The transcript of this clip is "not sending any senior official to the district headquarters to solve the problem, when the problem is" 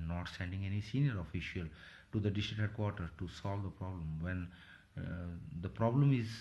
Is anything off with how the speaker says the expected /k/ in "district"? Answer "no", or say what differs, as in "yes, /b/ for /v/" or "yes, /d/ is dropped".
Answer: yes, /k/ is dropped